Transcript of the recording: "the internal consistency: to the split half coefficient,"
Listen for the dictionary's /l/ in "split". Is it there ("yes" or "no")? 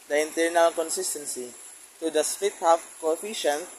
no